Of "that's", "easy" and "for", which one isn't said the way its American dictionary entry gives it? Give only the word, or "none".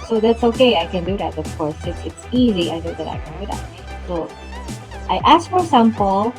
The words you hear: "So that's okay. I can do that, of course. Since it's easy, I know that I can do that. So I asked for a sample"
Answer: none